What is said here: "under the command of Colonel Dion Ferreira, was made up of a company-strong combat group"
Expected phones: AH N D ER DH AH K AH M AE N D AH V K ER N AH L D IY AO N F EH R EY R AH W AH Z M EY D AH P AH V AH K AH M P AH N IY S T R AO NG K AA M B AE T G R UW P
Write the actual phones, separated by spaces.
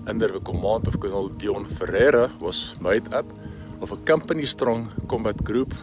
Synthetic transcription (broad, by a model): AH N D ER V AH K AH M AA N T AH F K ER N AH L D IY AO N F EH R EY R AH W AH S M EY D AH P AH F AH K AH M P AH N IY S T R AO NG K AA M B AE T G R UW P